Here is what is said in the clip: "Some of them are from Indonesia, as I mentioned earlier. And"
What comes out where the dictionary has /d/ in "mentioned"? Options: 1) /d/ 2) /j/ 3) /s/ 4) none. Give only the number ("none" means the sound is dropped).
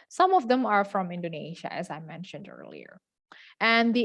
1